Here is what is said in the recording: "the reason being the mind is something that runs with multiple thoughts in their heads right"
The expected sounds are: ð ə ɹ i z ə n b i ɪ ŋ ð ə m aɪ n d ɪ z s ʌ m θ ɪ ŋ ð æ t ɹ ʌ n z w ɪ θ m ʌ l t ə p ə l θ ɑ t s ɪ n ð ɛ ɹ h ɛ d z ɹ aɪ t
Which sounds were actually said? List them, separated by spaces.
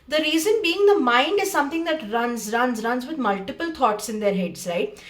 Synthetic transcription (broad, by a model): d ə ɹ i z ə n b i ɪ ŋ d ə m aɪ n d ɪ z s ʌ m t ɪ ŋ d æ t ɹ ʌ n z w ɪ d m ʌ l t ə p ə l t ɑ t s ɪ n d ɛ ɹ h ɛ d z ɹ aɪ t